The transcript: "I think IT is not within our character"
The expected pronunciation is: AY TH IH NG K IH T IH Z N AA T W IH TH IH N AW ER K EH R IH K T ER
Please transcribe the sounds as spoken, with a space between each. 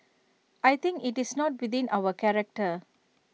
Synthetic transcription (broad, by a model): AY T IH NG K IH T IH S N AA T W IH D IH N AW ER K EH R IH K T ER